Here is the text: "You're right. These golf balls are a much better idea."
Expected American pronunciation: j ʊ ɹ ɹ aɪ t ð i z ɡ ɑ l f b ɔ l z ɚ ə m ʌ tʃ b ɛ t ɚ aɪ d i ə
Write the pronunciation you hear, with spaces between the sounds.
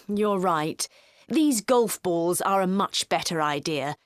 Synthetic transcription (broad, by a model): j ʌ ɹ ɹ aɪ t ð i z ɡ ɑ l f b ɔ l z ɚ ə m ʌ tʃ b ɛ t ɚ aɪ d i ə